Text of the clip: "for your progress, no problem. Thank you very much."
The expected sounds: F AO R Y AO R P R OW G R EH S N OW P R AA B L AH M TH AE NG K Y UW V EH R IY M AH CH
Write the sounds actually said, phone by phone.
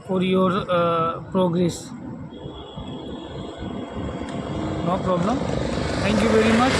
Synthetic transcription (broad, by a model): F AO R Y AO R P R OW G R EH S N OW P R AA B L AH M T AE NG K Y UW V EH R IY M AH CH